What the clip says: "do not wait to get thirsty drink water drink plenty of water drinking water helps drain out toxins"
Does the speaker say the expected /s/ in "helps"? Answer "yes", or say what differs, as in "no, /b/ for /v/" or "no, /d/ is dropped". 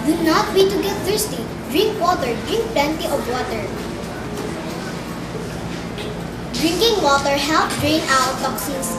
no, /s/ is dropped